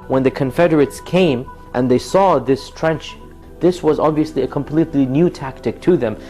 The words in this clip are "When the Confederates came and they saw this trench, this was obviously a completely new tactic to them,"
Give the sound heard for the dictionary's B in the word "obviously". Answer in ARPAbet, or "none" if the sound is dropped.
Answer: B